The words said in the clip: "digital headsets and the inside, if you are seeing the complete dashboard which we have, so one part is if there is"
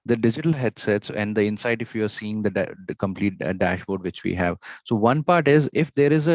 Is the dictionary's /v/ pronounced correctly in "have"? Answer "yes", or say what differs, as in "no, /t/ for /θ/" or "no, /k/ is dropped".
yes